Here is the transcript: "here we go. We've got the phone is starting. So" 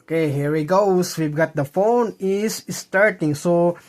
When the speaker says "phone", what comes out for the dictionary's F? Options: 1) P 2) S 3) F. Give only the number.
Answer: 3